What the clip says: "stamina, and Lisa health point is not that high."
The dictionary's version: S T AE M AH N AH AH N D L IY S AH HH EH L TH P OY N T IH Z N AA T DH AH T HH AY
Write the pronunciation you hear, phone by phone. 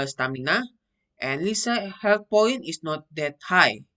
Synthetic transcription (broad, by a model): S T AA M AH N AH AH N L IY S AH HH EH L T P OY N IH S N AA T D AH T HH AY